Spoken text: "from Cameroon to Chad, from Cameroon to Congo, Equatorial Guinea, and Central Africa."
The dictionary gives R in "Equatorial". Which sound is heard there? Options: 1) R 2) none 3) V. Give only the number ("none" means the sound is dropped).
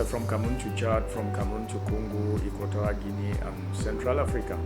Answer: 2